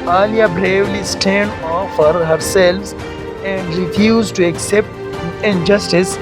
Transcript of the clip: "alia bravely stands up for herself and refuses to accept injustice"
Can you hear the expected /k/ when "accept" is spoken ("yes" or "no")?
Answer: yes